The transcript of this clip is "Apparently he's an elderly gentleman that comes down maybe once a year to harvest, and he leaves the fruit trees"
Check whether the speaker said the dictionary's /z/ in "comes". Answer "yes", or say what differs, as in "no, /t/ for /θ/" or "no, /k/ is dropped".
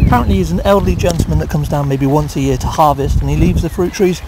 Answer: yes